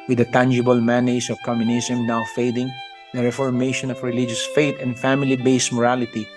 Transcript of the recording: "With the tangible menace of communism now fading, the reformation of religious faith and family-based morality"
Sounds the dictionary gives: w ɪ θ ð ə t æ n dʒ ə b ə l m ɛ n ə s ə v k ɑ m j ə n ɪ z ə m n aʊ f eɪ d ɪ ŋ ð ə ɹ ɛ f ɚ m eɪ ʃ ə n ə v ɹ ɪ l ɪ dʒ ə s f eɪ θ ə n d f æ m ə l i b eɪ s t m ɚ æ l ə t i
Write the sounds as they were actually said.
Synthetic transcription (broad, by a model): w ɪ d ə t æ n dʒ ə b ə l m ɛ n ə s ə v k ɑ m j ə n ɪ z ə m n aʊ f eɪ d ɪ ŋ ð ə ɹ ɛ f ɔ m eɪ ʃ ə n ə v ɹ ɪ l ɪ dʒ ə s f eɪ t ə n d f æ m ə l i b eɪ s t m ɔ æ l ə t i